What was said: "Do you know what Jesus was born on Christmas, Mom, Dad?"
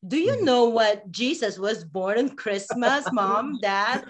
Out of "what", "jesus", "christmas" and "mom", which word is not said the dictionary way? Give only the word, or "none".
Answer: jesus